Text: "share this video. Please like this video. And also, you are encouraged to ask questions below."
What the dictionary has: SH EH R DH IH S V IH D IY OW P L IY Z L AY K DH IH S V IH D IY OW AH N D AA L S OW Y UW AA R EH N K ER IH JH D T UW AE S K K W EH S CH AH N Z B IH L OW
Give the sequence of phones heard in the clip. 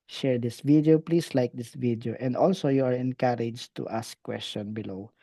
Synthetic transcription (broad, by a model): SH EH R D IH S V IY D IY OW P L IY S L AY K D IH S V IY D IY OW AH N D AA L S OW Y UW AA R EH N K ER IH JH T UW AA S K K W EH S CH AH N B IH L OW